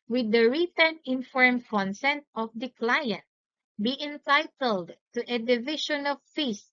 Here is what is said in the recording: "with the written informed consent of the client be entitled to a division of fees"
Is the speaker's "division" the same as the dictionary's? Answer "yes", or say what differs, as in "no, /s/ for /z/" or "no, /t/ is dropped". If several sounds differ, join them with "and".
no, /ʃ/ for /ʒ/